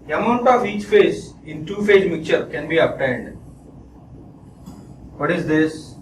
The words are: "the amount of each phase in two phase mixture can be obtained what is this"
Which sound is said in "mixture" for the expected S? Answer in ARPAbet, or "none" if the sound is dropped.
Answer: none